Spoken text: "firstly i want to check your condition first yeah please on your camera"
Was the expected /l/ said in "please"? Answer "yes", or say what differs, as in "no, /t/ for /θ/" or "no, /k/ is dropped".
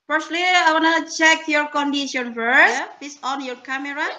no, /l/ is dropped